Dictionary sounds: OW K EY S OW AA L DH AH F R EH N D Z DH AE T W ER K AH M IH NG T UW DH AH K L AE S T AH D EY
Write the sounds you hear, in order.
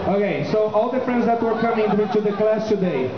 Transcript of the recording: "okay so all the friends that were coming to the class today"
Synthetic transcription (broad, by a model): OW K EY S OW AA L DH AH F R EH N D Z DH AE T W ER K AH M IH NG T UW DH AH K L AE S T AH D EY